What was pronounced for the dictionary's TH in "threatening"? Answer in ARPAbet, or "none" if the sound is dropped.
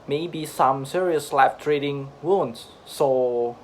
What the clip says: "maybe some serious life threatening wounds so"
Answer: T